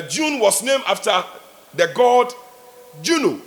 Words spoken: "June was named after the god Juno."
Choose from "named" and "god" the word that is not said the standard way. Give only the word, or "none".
named